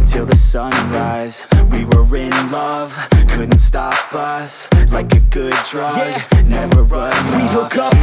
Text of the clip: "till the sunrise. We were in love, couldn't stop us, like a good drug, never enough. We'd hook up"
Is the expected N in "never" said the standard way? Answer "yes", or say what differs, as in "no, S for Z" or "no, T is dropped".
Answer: yes